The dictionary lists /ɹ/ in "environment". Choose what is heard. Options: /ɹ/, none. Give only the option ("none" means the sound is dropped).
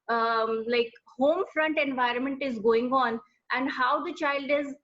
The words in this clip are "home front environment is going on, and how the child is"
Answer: /ɹ/